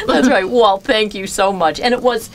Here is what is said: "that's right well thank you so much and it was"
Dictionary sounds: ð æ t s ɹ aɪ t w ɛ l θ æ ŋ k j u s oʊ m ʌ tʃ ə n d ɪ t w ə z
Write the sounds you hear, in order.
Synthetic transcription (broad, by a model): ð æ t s ɹ aɪ t w ɛ l θ æ ŋ k j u s oʊ m ʌ tʃ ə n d ɪ t w ə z